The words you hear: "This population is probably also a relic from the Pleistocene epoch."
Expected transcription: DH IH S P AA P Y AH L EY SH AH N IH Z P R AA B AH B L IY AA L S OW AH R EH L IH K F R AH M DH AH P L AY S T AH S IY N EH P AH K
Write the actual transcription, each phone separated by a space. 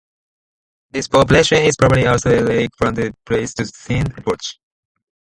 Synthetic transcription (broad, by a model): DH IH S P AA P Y L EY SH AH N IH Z P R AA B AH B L IY AA L S OW AH L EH IH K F R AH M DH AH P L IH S T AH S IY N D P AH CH